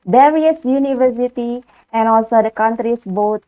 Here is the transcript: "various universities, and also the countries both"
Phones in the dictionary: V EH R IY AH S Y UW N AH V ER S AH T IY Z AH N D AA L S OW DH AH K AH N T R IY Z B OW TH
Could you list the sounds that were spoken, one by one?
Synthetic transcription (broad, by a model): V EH R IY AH S Y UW N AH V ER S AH T IY AH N AA L S OW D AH K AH N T R IY S B OW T